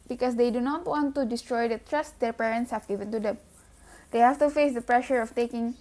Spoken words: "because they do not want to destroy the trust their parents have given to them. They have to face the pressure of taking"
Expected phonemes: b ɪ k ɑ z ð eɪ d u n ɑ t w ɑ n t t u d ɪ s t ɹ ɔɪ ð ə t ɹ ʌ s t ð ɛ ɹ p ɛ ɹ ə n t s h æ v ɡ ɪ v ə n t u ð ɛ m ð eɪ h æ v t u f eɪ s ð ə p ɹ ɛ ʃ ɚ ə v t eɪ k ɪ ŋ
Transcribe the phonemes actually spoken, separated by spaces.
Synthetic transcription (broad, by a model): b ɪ k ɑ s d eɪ d u n ɑ t w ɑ n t t u d ɪ s t ɹ ɔɪ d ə t ɹ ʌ s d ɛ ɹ p ɛ ɹ ə n t s h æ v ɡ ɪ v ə n t u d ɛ m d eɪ h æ f t u f eɪ s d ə p ɹ ɛ ʃ ɚ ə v t eɪ k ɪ ŋ